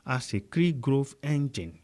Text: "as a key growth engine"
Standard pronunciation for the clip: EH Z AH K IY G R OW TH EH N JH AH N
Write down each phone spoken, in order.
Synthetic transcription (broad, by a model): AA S AH K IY G R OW F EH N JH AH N